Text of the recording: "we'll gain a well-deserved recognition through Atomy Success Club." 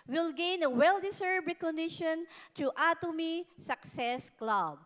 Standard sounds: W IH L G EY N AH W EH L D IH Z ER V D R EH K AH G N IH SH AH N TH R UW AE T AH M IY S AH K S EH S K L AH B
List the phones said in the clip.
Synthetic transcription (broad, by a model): W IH L G EY N AH W EH L D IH S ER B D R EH K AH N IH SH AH N T R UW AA T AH M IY S AH K S EH S K L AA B